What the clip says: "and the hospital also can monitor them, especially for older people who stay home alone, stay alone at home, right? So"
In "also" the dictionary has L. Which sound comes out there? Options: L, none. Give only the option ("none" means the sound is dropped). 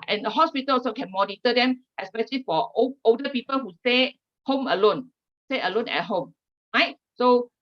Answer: none